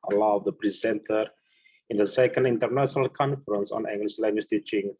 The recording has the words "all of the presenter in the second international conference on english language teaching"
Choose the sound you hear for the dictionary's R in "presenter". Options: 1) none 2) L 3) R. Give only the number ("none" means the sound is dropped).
3